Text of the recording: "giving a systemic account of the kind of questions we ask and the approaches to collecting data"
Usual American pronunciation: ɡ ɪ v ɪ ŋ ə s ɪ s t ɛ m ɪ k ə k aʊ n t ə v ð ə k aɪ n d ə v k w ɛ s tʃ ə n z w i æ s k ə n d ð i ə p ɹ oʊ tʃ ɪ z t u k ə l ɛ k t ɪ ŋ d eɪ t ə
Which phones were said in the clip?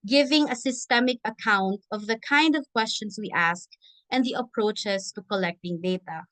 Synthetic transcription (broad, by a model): ɡ ɪ v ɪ ŋ ə s ɪ s t ɛ m ɪ k ə k aʊ n t ə v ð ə k aɪ n d ə v k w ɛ s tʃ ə n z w i æ s k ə n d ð i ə p ɹ oʊ tʃ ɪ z t u k ə l ɛ k t ɪ ŋ d eɪ t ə